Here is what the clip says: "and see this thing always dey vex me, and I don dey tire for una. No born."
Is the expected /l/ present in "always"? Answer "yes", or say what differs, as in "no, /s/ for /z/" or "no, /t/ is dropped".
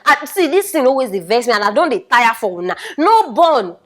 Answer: no, /l/ is dropped